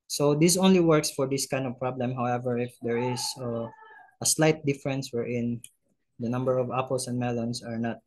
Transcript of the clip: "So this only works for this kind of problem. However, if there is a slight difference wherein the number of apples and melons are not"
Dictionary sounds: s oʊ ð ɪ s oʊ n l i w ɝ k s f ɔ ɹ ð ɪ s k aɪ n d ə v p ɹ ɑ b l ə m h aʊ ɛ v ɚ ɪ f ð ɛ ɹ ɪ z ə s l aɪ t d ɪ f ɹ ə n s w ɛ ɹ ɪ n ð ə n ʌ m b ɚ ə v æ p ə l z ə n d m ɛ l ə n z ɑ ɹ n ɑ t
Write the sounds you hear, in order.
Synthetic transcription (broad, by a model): s oʊ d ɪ s oʊ n l i w ɝ k s f ɔ ɹ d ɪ s k aɪ n d ə v p ɹ ɑ b l ə m h aʊ ɛ v ɚ ɪ f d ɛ ɹ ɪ s ə s l aɪ t d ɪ f ɹ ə n s w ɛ ɹ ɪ n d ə n ʌ m b ɚ ə v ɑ p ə l s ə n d m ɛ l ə n s ɑ ɹ n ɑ t